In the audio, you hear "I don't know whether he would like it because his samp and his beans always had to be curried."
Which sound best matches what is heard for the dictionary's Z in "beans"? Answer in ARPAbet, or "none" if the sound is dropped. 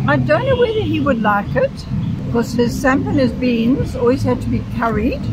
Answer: Z